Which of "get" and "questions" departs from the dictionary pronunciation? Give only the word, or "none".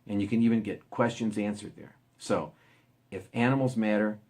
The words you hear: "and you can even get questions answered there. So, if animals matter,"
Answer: none